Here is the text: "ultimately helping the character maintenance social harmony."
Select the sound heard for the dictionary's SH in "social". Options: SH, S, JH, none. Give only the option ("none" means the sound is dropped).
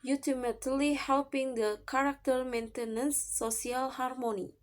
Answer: none